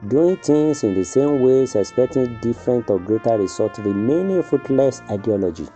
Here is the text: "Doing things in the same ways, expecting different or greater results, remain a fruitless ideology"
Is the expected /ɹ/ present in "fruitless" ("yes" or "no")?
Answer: no